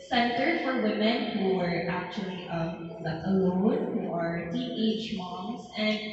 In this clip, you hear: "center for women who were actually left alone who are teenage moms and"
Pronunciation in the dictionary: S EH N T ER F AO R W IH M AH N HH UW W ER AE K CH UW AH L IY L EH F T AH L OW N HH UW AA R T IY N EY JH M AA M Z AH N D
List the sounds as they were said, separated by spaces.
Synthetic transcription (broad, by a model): S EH N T ER F AO R W IH M AH N HH UW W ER AE K CH UW AH L IY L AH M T AH L OW N HH UW AA R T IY EY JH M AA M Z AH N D